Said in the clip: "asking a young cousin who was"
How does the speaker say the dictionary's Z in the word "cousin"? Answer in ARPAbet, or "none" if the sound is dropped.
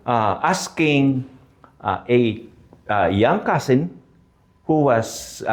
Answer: S